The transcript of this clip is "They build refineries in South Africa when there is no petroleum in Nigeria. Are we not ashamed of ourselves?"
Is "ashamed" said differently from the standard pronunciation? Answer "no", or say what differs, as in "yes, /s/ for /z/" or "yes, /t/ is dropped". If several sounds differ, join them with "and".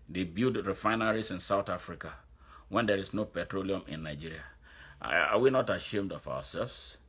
no